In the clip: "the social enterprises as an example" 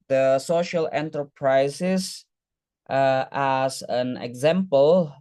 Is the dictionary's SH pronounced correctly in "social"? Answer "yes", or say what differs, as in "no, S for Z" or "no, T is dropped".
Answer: yes